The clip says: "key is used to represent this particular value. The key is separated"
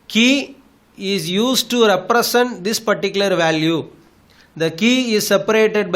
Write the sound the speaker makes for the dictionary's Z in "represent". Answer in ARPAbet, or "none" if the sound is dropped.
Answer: S